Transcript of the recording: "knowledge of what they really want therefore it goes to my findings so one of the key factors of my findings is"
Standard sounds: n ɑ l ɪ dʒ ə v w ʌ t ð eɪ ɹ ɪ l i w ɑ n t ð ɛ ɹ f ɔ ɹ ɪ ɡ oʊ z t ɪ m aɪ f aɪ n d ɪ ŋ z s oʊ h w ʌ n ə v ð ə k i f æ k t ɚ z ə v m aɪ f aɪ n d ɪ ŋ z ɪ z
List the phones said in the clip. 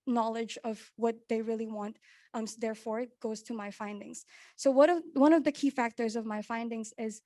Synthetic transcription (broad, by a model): n ɑ l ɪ dʒ ə v w ʌ t ð eɪ ɹ ɪ l i w ɑ n t ð ɛ ɹ f ɔ ɹ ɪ ɡ oʊ z t ɪ m aɪ f aɪ n d ɪ ŋ z s oʊ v w ʌ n ə v ð ə k i f æ k t ɚ z ə v m aɪ f aɪ n d ɪ ŋ z ɪ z